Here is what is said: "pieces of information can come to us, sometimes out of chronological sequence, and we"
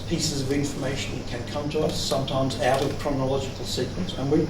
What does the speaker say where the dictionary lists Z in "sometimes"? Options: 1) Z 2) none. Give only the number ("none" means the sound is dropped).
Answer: 1